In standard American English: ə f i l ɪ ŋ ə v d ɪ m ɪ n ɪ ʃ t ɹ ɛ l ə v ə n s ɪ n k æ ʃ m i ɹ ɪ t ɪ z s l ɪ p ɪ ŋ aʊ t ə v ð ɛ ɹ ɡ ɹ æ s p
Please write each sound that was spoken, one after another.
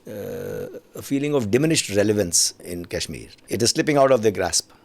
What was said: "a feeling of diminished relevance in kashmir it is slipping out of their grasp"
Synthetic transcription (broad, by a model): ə f i l ɪ ŋ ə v d ɪ m ɪ n ɪ ʃ t ɹ ɛ l ə v ə n s ɪ n k æ ʃ m i ɹ ɪ t ɪ z s l ɪ p ɪ ŋ aʊ t ə v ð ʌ ɡ ɹ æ s p